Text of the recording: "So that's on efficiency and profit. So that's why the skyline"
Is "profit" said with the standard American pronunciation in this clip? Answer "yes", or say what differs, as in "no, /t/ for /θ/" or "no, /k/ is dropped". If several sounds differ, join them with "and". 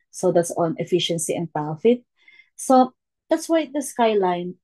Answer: no, /ɹ/ is dropped